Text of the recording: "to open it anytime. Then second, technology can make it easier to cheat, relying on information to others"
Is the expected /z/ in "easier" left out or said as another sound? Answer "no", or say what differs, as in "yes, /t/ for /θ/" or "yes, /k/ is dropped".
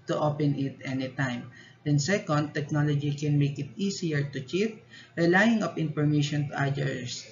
yes, /s/ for /z/